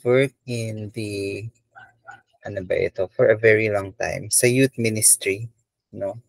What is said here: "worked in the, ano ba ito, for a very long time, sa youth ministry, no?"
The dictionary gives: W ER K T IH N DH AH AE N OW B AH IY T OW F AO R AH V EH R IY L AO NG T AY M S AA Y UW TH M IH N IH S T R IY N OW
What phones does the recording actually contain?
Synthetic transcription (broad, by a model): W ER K IH N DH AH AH N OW B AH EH T OW F AO R AH V EH R IY L AO NG T AY M S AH Y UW T M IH N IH S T R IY N OW